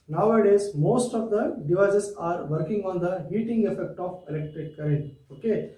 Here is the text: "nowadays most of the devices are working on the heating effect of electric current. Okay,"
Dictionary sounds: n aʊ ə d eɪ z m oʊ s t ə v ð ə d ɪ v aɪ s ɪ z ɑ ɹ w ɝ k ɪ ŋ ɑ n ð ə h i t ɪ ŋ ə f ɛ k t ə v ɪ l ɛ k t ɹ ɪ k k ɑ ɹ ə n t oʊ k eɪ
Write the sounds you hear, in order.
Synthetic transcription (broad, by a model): n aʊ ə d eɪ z m oʊ s t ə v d ə d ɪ v aɪ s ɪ s ɑ ɹ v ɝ k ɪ ŋ ɑ n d ə h i t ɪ ŋ ə f ɛ k t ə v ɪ l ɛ k t ɪ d k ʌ ɹ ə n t oʊ k eɪ